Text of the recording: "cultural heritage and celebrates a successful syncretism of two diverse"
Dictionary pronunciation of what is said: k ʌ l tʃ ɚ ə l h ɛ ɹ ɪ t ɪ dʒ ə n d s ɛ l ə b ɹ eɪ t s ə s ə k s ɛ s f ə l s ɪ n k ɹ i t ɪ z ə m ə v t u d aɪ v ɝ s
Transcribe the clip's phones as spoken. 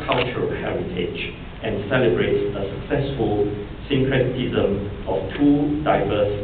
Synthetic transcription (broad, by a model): k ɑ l tʃ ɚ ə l h ɛ ɹ ɪ t ɪ dʒ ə n s ɛ l ə b ɹ eɪ t s ə s ə k s ɛ s f ə l s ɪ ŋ k ɹ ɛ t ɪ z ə m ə f t u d aɪ v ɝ s